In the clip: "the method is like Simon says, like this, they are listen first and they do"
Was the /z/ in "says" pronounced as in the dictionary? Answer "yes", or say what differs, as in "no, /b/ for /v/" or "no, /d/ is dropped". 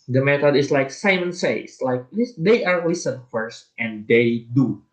no, /s/ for /z/